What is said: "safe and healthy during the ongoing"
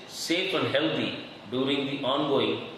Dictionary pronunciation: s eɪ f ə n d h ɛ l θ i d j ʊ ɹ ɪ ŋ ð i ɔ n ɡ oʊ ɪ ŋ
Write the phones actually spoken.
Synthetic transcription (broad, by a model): s eɪ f ə n d h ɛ l t i d j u ɹ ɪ ŋ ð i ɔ n ɡ oʊ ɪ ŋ